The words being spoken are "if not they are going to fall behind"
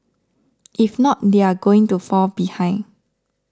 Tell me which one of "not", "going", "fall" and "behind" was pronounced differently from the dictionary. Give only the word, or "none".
behind